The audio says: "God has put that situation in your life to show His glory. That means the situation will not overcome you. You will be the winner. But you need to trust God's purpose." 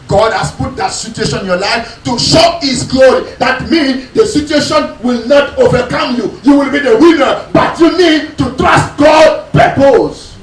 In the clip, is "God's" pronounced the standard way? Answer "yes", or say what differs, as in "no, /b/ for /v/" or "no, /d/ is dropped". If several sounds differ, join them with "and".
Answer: no, /z/ is dropped